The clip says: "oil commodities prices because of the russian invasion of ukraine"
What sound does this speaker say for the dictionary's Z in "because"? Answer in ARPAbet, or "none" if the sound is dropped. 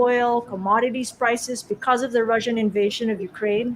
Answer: Z